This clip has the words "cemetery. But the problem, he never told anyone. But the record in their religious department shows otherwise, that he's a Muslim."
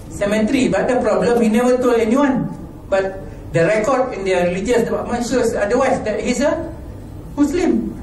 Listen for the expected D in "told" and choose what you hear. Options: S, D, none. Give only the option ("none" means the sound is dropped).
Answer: none